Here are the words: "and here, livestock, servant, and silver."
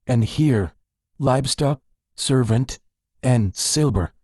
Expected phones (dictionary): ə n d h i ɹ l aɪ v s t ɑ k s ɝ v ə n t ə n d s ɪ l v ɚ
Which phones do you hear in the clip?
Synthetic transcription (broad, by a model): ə n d h i ɹ l aɪ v s t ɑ k s ɝ v ə n t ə n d s ɪ l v ɚ